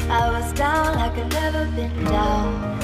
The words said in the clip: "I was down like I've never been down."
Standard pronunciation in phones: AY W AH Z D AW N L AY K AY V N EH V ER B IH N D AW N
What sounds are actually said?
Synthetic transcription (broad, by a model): AY W AH Z D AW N AY K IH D N EH V ER B IH N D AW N